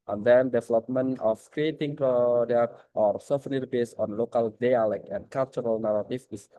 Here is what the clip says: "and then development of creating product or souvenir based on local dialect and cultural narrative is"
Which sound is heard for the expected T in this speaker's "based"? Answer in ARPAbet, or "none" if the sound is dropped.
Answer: none